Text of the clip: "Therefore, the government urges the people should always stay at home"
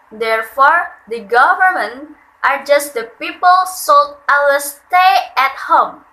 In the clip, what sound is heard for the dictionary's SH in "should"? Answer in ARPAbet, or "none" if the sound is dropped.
S